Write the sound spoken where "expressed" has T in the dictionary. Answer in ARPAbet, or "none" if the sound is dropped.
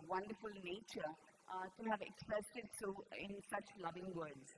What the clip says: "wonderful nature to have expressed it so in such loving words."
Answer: T